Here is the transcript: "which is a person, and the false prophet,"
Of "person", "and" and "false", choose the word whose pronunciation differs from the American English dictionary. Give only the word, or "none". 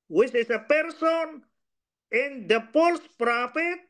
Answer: false